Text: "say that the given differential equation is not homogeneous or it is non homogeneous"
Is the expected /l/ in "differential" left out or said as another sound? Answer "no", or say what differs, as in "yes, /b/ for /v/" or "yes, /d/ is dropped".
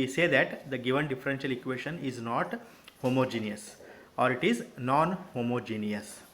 no